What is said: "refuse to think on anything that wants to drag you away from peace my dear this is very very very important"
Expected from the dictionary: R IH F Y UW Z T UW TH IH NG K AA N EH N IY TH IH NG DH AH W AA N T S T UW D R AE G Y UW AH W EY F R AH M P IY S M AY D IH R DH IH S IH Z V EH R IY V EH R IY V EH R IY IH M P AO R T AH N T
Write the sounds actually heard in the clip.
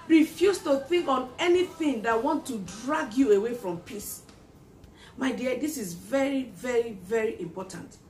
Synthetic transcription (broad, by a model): R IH F Y UW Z T UW TH IH NG K AA N EH N IY TH IH NG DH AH W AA N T T UW D R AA G Y UW AH W EY F R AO M P IY S M AY D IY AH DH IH S IH Z V EH R IY V EH R IY V EH R IY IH M P AO T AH N T